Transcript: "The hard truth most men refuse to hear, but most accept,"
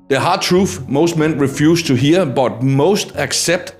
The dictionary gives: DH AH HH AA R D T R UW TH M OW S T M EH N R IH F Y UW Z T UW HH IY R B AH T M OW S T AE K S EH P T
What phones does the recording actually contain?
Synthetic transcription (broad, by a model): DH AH HH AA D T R UW F M OW S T M EH N R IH F Y UW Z T UW HH IY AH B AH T M OW S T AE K S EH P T